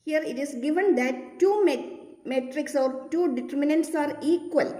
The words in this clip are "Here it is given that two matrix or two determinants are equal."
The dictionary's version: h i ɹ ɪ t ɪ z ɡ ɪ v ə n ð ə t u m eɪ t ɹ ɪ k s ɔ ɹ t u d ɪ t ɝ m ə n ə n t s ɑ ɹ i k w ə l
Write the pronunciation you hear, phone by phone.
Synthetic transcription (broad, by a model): h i ɹ ɪ t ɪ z ɡ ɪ v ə n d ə t u m eɪ t ɹ ɪ k s ɔ ɹ t u d ɪ t ɝ m ə n ə n t s ɑ ɹ i k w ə l